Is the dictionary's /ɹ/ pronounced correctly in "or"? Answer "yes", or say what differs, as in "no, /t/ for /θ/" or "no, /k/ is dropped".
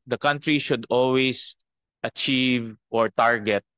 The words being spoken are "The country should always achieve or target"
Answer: yes